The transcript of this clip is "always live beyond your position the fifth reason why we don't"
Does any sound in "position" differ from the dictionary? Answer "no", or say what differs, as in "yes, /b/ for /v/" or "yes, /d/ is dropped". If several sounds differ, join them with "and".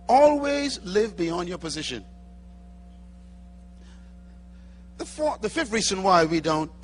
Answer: no